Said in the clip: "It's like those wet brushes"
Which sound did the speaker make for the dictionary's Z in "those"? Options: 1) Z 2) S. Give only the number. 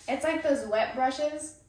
1